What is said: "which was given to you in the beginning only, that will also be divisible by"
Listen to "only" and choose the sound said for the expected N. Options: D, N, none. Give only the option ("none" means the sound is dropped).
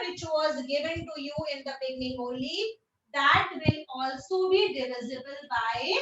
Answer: none